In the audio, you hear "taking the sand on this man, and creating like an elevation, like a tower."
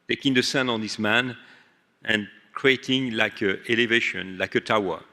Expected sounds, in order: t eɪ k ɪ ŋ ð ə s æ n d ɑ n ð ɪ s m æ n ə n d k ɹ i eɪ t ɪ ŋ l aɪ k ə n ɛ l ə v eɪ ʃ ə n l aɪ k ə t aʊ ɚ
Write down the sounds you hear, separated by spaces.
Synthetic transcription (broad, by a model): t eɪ k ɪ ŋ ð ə s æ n ɑ n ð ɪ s m æ n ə n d k ɹ i eɪ t ɪ ŋ l aɪ k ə ɛ l ə v eɪ ʃ ə n l aɪ k ə t aʊ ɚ